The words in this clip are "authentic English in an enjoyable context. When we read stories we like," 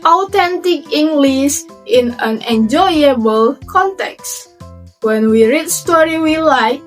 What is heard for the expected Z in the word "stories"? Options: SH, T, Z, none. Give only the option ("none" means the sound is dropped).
none